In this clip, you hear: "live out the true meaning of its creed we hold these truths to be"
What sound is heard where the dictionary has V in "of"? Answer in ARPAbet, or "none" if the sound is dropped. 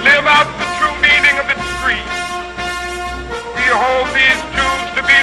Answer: V